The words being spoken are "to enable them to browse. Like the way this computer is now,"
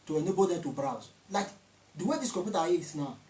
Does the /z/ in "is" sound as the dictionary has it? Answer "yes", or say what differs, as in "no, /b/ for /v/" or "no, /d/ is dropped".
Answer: no, /s/ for /z/